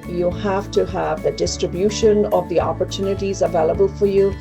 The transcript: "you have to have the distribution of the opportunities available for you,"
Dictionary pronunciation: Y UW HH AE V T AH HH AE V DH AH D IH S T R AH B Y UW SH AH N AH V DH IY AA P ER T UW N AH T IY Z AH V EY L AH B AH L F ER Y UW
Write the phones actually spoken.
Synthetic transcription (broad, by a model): Y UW HH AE F T AH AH V DH AH D IH S T R AH B Y UW SH AH N AH V DH IY AA P ER T UW N AH T IY Z AH V EY L AH B AH L F ER Y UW